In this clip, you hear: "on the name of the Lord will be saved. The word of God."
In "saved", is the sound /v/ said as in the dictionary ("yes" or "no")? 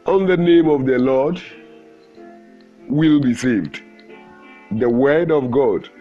yes